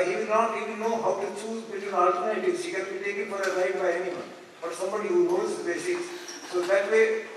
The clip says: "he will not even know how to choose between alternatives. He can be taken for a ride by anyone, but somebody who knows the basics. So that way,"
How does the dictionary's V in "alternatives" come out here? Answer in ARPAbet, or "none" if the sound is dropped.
none